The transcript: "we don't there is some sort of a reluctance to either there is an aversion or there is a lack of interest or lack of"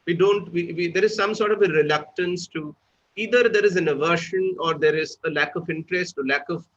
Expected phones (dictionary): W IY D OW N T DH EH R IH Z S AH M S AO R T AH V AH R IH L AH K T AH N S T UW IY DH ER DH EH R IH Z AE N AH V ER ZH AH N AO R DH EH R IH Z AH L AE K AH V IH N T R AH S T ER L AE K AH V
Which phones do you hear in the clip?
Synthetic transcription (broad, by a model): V IY D OW N T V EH R IH Z S AH M S AO R T AH V AH R IH L AH K T AH N S T UW IY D ER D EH R IH Z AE N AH V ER SH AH N AO R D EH R IH Z AH L AE K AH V IH N T R AH S T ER L AE K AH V